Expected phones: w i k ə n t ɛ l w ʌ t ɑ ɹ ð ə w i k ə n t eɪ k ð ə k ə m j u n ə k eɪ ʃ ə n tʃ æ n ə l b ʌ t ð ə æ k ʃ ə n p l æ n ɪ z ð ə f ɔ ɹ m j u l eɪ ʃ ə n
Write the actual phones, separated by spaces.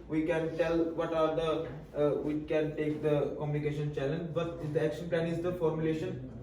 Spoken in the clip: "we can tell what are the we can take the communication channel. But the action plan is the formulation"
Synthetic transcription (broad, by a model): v i k ə n t ɛ l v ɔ t ɑ ɹ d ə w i k ə n t eɪ k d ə k ə m j u n ə k eɪ ʃ ə n tʃ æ l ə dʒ b ʌ t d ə æ k ʃ ə n p l æ n ɪ z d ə f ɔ ɹ m j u l eɪ ʃ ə n